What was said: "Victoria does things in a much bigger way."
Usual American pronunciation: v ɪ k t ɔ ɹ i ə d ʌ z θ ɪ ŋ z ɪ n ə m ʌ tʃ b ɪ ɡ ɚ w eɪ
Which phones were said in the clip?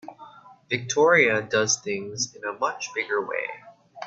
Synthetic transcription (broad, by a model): v ɪ k t ɔ ɹ i ə d ʌ z θ ɪ ŋ z ɪ n ə m ʌ tʃ b ɪ ɡ ɚ w eɪ